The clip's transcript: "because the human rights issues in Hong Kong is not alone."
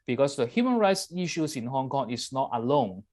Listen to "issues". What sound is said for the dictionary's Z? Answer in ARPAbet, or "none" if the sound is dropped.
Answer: S